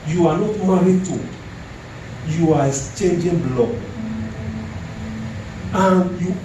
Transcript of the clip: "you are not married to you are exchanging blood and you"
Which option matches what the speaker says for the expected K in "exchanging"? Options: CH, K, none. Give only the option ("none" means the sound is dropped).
none